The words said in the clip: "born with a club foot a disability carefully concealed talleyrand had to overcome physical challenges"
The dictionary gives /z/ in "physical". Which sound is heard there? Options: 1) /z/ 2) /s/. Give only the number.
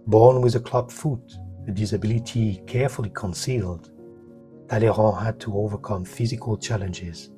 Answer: 1